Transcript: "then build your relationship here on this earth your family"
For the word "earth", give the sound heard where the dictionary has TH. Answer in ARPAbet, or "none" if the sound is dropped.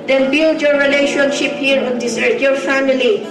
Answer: T